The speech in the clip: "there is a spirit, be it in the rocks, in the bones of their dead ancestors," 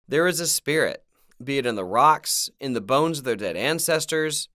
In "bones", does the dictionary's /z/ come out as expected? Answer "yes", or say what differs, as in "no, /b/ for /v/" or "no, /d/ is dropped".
yes